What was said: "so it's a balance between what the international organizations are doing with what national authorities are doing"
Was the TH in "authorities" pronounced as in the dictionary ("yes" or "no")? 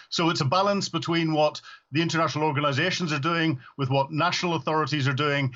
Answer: yes